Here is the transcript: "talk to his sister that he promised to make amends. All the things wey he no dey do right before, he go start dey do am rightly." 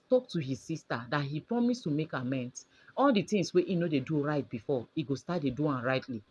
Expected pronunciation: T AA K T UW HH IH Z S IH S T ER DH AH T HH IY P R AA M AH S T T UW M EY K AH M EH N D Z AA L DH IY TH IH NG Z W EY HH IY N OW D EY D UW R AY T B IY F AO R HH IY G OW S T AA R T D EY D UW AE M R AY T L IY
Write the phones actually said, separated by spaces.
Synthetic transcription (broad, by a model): T AA K T UW HH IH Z S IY S T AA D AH T HH IY P R AA M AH S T T UW M EY K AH M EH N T AA L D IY T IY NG S W EY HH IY N OW D EY D UW R AY T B IY F AO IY G OW S T AA T D EY D UW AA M R AY T L IY